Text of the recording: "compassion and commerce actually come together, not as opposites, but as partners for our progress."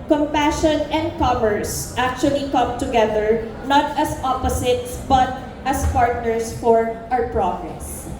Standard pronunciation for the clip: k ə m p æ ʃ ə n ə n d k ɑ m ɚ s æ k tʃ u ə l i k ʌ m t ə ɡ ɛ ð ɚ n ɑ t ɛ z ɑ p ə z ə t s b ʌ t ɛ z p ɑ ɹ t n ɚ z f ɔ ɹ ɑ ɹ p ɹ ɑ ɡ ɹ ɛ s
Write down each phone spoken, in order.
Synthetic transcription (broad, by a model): k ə m p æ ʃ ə n ə n d k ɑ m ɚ s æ k tʃ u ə l i k ʌ m t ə ɡ ɛ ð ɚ n ɑ t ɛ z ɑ p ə s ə t s b ʌ t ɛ s p ɑ ɹ t n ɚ s f ɔ ɹ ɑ w p ɹ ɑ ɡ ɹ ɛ s